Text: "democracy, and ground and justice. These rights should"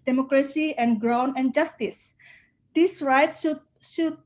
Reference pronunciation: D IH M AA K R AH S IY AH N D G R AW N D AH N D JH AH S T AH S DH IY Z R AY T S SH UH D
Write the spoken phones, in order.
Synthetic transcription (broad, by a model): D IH M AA K R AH S IY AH N G R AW N AH N JH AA S T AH S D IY S R AY T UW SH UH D